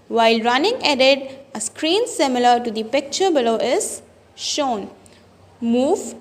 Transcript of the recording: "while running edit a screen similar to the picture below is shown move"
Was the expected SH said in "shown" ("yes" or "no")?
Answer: yes